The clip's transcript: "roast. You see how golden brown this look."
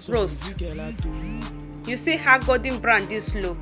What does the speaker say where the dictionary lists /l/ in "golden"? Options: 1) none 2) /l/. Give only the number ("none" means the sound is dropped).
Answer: 1